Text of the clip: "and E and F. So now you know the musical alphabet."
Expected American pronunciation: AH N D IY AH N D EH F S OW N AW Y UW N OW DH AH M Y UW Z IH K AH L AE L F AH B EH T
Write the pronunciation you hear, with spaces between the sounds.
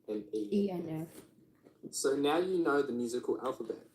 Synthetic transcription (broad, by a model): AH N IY IY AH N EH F S OW N AW Y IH N OW DH AH M Y UW Z IH K AH L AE L F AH B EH T